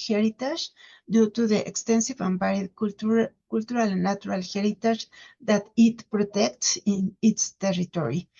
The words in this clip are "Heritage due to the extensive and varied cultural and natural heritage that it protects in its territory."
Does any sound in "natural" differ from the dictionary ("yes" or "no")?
yes